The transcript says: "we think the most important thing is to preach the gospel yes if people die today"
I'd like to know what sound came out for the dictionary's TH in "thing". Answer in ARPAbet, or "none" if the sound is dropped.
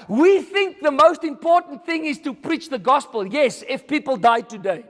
TH